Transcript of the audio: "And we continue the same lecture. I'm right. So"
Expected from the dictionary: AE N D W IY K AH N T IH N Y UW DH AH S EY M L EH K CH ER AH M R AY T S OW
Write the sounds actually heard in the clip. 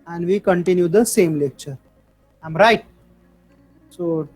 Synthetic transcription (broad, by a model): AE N D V IY K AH N T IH N Y UW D AH S EY M L EH K CH ER AH M R AY T S OW